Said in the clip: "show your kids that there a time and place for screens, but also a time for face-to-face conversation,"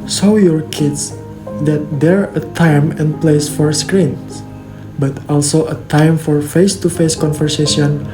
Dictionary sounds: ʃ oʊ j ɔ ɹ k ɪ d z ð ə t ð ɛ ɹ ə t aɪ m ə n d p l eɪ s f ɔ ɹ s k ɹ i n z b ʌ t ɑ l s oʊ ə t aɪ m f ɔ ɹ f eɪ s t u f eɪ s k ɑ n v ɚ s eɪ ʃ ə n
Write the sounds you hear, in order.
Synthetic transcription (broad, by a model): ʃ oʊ j ɔ ɹ k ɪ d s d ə t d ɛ ɹ ə t aɪ m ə n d p l eɪ s f ɔ ɹ s k ɹ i n s b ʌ t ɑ l s oʊ ə t aɪ m f ɔ ɹ f eɪ s t u f eɪ s k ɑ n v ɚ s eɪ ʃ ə n